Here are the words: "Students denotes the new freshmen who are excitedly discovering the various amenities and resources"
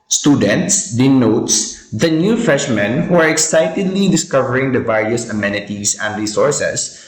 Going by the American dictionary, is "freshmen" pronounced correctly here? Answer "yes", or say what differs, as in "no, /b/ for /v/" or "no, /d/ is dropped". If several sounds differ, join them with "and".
no, /ɹ/ is dropped